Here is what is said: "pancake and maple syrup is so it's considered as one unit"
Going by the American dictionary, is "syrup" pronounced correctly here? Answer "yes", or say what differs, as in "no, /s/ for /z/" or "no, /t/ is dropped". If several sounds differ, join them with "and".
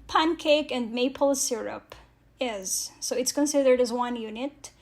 yes